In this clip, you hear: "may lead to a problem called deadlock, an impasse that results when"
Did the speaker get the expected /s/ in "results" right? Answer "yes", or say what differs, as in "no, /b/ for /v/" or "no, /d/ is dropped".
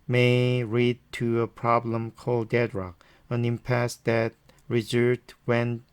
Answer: no, /s/ is dropped